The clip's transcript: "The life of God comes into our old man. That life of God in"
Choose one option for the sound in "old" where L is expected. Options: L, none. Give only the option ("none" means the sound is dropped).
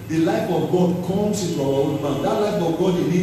none